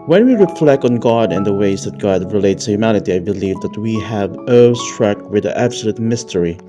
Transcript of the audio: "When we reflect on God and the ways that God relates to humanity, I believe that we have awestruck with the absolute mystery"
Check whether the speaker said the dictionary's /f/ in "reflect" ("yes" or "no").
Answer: yes